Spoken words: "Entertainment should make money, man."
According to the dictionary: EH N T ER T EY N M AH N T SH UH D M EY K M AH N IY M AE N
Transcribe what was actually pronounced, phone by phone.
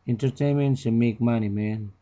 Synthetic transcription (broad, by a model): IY N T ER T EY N M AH N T S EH M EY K M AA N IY M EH N